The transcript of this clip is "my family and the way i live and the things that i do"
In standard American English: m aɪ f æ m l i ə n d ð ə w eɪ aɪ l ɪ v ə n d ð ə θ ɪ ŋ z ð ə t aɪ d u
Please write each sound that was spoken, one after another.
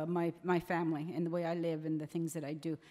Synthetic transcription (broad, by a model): m aɪ f æ m l i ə n ð ə w eɪ aɪ l ɪ v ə n ð ə θ ɪ ŋ z ð ə t aɪ d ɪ